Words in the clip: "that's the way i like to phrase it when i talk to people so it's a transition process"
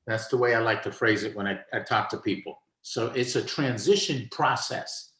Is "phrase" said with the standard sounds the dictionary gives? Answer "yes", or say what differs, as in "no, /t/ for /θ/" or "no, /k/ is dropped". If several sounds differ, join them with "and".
yes